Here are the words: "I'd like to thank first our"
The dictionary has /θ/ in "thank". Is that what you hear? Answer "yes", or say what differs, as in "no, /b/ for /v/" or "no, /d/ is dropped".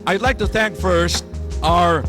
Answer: yes